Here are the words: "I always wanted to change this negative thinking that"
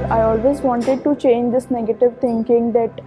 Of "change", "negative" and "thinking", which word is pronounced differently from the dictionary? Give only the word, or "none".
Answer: thinking